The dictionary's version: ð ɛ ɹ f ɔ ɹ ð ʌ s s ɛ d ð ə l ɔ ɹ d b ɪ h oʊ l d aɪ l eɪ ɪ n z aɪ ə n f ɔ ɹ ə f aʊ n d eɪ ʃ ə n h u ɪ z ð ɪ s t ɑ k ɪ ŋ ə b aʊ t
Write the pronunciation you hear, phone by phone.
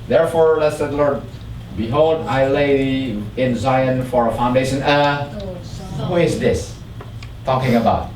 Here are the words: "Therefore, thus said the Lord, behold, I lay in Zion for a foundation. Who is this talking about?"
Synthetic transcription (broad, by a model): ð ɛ ɹ f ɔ ɹ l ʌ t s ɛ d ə l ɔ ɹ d b ɪ h oʊ l d aɪ l eɪ ɪ n z aɪ ə n f ɔ ɹ ə f aʊ n d eɪ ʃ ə n h u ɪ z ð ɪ s t ɑ k ɪ ŋ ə b aʊ t